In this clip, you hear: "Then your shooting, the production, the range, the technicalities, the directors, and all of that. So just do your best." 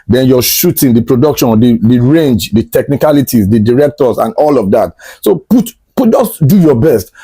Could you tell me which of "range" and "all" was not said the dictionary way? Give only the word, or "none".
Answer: none